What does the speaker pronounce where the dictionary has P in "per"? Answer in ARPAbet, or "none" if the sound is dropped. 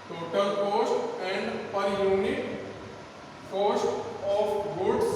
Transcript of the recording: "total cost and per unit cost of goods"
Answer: P